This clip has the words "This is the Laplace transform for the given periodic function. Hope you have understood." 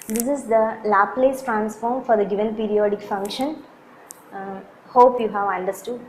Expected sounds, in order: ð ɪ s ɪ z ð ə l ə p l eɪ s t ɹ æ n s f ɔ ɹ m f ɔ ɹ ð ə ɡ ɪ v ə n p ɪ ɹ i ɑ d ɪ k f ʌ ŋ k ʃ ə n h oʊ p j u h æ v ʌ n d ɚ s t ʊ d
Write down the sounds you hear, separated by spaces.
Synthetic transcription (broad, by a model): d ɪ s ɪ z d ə l ə p l eɪ s t ɹ æ n s f ɔ ɹ m f ɔ ɹ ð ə ɡ ɪ v ə n p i ɹ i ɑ d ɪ k f ʌ ŋ k ʃ ə n h oʊ p j u h æ v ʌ n d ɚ s t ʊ d